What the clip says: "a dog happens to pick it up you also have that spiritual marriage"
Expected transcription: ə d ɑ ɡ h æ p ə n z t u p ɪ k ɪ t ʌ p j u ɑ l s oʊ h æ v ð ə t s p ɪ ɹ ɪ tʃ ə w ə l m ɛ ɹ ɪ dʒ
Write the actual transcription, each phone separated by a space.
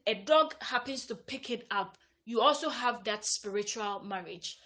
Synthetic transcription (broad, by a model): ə d ɑ ɡ h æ p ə n s t u p ɪ k ɪ t ʌ p j u ɑ l s oʊ h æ v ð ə t s p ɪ ɹ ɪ tʃ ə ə l m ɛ ɹ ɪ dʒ